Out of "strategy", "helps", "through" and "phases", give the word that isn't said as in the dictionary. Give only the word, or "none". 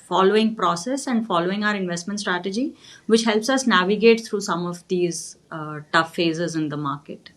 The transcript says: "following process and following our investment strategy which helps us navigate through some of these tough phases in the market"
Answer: through